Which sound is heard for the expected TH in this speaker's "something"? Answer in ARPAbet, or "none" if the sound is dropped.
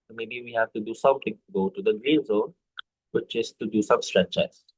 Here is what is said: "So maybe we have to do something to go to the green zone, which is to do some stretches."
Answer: T